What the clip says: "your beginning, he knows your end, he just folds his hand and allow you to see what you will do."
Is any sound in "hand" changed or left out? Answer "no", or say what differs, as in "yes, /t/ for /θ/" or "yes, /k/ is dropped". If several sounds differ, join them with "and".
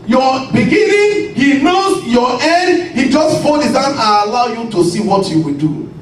yes, /d/ is dropped